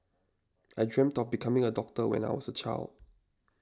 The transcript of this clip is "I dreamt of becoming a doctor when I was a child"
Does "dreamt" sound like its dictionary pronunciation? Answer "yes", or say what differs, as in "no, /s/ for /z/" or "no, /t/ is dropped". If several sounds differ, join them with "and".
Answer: yes